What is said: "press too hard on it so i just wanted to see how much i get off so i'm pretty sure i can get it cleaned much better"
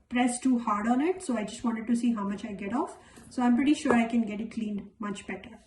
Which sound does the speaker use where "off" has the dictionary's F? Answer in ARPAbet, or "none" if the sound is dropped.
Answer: F